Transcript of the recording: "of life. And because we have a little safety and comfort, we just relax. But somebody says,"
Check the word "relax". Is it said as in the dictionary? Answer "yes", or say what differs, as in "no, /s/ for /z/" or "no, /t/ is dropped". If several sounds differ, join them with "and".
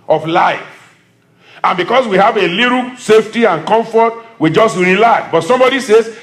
no, /s/ is dropped